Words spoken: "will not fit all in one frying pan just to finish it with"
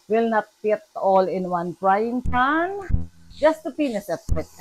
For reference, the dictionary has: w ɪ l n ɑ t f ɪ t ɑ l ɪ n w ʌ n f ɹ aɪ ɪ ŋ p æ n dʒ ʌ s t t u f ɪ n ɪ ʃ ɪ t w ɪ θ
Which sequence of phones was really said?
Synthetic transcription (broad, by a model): w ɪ l n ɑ t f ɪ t ɑ l ɪ n w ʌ n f ɹ aɪ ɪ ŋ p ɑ n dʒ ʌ s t t u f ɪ n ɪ s ɪ t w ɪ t